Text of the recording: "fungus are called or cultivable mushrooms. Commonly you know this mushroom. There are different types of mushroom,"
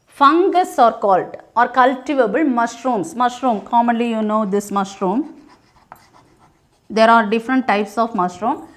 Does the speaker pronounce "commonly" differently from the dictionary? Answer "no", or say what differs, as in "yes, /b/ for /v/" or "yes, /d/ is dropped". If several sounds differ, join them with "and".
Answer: no